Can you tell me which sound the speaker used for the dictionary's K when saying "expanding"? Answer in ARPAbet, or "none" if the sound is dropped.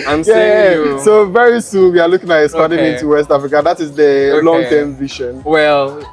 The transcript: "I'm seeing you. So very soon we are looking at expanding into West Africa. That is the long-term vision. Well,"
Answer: none